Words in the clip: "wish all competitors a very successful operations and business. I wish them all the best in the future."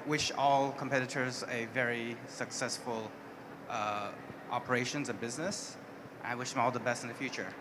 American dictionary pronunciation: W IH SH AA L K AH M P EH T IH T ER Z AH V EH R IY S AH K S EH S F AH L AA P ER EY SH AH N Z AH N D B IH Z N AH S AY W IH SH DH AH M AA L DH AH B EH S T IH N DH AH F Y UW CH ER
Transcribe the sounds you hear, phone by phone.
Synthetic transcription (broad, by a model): W IH SH AA L K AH M P EH T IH T ER Z AH V EH R IY S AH K S EH S F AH L AA P ER EY SH AH N Z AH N B IH Z N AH S AY W IH SH DH AH M AA L DH AH B EH S T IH N DH AH F Y UW CH ER